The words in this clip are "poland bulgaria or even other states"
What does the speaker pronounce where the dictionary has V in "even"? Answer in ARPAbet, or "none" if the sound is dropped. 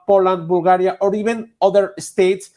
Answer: B